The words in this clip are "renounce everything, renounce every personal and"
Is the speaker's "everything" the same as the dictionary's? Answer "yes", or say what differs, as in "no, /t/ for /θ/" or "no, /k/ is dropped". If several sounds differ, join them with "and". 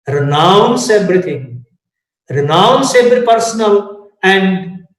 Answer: no, /t/ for /θ/